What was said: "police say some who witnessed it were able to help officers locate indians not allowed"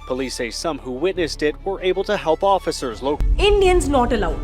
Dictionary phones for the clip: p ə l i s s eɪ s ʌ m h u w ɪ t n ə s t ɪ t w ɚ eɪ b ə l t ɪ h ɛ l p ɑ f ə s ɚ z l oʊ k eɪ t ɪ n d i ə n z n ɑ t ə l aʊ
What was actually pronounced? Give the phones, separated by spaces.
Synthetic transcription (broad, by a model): p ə l i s s eɪ s ʌ m h u w ɪ t n ə s t ɪ t w ɚ eɪ b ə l t ɪ h ɛ l p ɑ f ə s ɚ z l oʊ ʊ ɪ n d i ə n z n ɑ t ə l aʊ